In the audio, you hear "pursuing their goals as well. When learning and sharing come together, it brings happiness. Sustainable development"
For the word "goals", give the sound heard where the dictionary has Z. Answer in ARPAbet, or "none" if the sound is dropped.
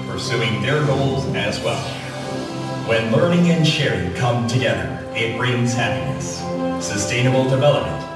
Z